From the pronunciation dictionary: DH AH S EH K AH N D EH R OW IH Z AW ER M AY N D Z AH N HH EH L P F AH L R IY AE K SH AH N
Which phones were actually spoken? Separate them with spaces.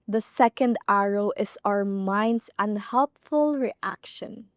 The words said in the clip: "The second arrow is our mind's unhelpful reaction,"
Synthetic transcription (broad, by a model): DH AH S EH K AH N D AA R OW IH S AW ER M AY N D S AH N HH EH L P F AH L R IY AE K SH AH N